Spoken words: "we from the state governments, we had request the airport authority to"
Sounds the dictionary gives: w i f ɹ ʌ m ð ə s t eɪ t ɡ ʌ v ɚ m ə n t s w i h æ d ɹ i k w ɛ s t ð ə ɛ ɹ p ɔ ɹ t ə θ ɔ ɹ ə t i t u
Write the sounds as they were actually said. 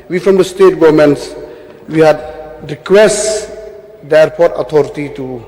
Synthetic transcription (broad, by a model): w i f ɹ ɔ m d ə s t eɪ t ɡ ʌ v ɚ m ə n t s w i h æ d ɹ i k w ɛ s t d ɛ ɹ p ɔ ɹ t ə t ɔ ɹ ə t i t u